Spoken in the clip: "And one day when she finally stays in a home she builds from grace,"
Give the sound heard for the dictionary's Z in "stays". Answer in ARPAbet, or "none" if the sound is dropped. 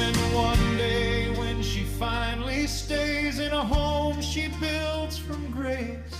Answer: Z